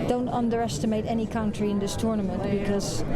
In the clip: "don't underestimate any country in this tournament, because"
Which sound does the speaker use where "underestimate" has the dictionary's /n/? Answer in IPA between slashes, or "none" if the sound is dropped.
/n/